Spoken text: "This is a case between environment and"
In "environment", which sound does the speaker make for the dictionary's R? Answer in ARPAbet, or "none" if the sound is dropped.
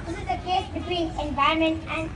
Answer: none